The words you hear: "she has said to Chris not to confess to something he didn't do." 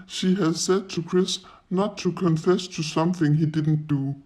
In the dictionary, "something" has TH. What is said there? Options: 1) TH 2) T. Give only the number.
1